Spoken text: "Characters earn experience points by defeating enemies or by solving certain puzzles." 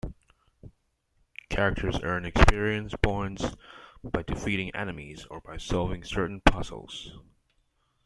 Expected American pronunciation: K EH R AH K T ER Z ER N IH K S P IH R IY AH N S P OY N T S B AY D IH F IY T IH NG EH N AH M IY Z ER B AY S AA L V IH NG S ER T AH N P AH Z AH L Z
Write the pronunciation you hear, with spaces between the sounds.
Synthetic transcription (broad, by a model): K EH R AH K T ER Z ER N IH K S P IH R IY AH N S B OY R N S B AY D IH F IY T IH NG EH N AH M IY Z ER B AY S AA L V IH NG S ER T N P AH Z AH L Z